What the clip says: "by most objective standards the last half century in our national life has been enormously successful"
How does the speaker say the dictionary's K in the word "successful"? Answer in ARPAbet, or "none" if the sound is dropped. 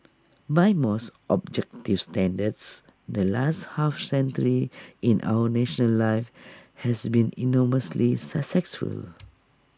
none